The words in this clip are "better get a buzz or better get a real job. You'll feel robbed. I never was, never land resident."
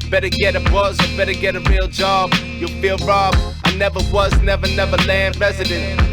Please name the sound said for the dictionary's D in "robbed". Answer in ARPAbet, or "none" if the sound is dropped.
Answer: none